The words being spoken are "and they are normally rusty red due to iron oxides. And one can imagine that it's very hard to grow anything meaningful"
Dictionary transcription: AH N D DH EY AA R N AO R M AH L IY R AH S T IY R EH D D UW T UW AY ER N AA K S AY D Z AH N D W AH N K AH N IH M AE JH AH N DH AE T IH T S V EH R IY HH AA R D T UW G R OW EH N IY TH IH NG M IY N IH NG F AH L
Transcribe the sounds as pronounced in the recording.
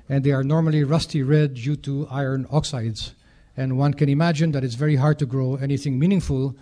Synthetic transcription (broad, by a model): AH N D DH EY AA R N AO R M AH L IY R AH S T IY R EH D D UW T UW AY ER N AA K S AY D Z AH N D W AH N K AH N IH M AE JH AH N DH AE T IH T S V EH R IY HH AA R D T UW G R OW EH N IY TH IH NG M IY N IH NG F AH L